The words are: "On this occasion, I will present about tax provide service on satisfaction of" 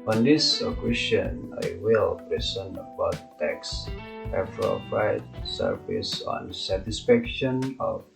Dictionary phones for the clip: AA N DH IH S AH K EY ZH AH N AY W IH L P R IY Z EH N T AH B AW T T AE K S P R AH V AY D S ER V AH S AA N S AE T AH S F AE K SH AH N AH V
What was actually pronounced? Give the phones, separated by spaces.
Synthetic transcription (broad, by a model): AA N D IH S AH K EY S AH N AY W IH L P R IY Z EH N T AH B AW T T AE K S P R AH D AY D S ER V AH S AA N S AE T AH S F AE K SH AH N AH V